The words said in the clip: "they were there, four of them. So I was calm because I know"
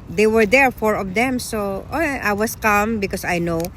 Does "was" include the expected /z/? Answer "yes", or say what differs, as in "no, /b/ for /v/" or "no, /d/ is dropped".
no, /s/ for /z/